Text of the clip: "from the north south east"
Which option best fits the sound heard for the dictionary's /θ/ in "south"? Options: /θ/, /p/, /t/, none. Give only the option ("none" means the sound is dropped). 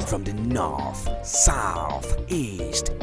/θ/